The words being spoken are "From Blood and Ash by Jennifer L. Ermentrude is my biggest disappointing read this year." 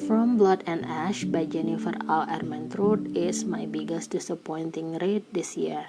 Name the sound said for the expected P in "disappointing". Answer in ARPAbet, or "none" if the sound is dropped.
P